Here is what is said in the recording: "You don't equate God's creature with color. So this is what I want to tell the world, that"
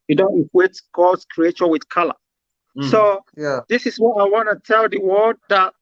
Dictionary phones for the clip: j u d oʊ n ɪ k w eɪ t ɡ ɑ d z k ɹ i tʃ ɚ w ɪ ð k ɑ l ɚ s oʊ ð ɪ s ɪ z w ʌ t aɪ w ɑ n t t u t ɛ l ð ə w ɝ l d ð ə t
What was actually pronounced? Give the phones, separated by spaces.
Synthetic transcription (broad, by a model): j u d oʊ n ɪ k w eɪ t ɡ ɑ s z k ɹ i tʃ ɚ w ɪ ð k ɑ l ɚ s oʊ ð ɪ s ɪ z w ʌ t aɪ w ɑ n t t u t ɛ l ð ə w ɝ d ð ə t